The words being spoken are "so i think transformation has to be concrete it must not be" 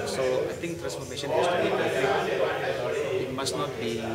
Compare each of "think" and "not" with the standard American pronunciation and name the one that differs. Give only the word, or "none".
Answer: think